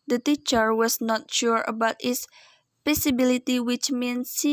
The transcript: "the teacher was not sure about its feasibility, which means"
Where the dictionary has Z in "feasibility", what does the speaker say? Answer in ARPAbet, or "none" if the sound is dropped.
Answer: S